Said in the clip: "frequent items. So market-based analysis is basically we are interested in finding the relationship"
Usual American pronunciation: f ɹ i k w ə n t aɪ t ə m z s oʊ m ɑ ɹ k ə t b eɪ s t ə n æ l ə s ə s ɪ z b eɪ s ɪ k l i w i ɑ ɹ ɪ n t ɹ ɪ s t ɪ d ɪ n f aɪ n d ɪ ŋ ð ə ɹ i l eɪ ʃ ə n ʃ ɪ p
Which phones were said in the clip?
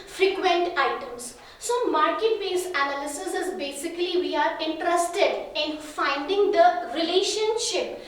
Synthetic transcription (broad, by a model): f ɹ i k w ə n t aɪ t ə m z s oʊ m ɑ ɹ k ə t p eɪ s ə n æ l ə s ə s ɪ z b eɪ s ɪ k l i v i ɑ ɹ ɪ n t ɹ ɪ s t ɪ d ɪ n f aɪ n d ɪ ŋ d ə ɹ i l eɪ ʃ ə n ʃ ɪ p